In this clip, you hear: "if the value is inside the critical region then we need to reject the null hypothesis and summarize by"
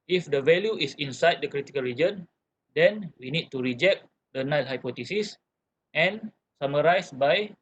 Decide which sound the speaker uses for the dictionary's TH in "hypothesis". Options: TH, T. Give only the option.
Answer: T